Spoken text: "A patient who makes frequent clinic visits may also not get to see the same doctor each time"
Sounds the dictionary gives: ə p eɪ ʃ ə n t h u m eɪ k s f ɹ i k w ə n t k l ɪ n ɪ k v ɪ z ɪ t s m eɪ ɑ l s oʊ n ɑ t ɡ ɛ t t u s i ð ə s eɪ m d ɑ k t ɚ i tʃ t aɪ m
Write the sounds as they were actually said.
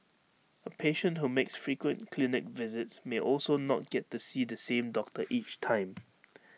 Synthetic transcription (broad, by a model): ə p eɪ ʃ ə n t h u m eɪ k s f ɹ i k w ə n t k l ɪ n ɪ k v ɪ z ɪ t s m eɪ ɑ l s oʊ n ɑ t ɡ ɛ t t u s i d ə s eɪ m d ɑ k t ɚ i tʃ t aɪ m